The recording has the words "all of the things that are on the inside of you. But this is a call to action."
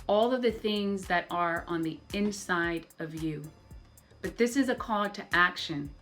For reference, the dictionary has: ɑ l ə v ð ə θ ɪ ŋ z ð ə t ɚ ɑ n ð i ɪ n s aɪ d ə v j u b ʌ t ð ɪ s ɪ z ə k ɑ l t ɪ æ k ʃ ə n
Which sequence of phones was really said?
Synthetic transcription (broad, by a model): ɑ l ə v ð ə θ ɪ ŋ z ð ə t ɚ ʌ n ð i ɪ n s aɪ d ə v j u b ʌ t ð ɪ s ɪ z ə k ɑ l t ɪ æ k ʃ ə n